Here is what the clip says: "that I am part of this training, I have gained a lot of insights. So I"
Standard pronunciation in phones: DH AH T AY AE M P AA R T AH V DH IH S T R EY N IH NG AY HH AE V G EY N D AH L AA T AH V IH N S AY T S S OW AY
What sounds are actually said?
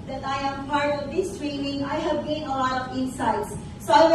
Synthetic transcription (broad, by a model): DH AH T AY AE M P AA R T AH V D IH S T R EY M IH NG AY HH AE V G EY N AH L AA T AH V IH N S AY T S S OW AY